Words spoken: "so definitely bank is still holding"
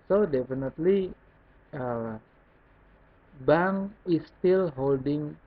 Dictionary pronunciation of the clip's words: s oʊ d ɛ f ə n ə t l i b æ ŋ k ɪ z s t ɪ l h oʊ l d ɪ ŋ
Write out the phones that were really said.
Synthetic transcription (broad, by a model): s oʊ d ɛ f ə n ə t l i b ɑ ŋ ɪ s t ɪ l h oʊ l d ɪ ŋ